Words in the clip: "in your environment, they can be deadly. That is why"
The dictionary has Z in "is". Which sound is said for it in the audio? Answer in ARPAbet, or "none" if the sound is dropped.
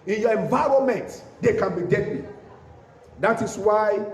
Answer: S